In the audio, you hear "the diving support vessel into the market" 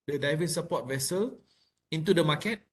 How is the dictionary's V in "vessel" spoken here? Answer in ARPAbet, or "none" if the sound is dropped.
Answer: V